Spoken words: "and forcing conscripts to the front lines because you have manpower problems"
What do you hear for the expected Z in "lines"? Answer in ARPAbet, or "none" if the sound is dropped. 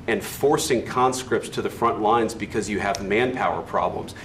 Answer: Z